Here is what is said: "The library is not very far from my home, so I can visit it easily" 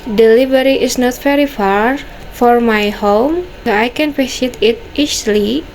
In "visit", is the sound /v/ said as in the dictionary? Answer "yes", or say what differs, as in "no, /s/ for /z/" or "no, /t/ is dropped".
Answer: no, /p/ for /v/